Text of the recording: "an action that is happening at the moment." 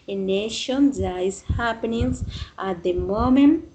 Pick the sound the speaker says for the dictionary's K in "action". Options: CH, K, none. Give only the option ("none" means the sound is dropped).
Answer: none